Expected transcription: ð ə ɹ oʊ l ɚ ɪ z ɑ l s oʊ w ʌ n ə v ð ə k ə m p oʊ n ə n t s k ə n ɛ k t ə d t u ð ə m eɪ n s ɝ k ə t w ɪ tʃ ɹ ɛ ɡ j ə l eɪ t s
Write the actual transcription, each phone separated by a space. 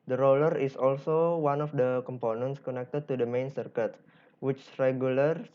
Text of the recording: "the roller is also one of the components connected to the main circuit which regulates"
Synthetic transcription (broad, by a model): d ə ɹ oʊ l ɚ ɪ s ɑ l s oʊ w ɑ n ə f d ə k ə m p oʊ n ə n t s k ə n ɛ k t ə d t u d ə m eɪ n s ɝ k ə t w ɪ tʃ ɹ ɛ ɡ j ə l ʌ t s